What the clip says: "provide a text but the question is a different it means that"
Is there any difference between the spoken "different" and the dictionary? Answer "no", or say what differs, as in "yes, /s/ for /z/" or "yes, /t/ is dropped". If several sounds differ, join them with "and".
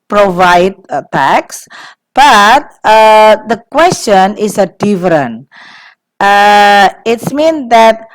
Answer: yes, /t/ is dropped